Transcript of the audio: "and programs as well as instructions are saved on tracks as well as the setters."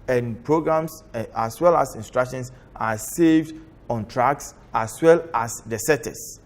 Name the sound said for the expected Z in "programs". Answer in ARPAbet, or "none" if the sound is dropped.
S